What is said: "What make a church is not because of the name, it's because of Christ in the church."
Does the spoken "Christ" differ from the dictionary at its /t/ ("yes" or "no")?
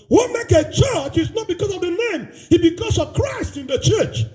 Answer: no